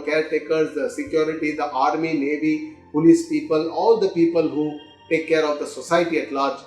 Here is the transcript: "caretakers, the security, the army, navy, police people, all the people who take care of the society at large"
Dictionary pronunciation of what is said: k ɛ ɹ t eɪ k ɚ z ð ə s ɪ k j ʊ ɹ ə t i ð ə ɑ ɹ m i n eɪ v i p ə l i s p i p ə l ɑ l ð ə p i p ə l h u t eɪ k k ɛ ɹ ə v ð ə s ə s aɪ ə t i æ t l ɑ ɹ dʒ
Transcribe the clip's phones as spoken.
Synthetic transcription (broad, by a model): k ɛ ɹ t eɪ k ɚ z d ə s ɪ k j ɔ ɹ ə t i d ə ɑ ɹ m i n eɪ v i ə n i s p i p ə l ɑ l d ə p i p ə l h u t eɪ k k ɛ ɹ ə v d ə s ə s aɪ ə t i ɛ t l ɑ ɹ dʒ